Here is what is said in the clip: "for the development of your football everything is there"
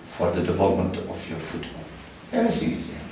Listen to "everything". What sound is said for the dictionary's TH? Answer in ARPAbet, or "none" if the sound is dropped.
S